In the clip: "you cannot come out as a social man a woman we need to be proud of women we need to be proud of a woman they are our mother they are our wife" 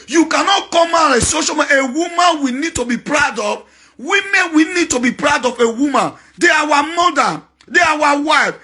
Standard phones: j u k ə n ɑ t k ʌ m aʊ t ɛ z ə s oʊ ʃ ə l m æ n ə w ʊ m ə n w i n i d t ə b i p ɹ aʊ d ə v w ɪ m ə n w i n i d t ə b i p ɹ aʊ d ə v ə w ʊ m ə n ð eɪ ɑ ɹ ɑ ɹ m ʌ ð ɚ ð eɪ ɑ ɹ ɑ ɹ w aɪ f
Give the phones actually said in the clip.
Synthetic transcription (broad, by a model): j u k ə n ɑ t k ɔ m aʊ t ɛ ə s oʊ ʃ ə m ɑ ə w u m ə n w i n i d t ə b i p ɹ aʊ d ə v w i m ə n w i n i d t ə b i p ɹ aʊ d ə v ə w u m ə n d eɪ ɑ w ɑ m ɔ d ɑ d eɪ ɑ w ɑ w aɪ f